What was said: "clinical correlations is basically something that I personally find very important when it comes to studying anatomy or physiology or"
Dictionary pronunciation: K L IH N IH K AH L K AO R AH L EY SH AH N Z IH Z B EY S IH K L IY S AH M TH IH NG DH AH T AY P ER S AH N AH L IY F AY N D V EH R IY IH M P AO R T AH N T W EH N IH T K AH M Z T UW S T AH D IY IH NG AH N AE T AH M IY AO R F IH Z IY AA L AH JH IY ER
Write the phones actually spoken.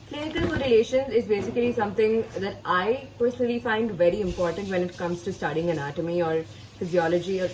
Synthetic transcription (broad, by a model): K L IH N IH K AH L R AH L EY SH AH N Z IH Z B EY S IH K L IY S AH M T IH NG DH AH T AY P ER S AH N AH L IY F AY N D V EH R IY IH M P AO R T AH N T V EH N IH T K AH M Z T UW S T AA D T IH NG AH N AE T AH M IY AO R F IH Z IY AA L AH JH IY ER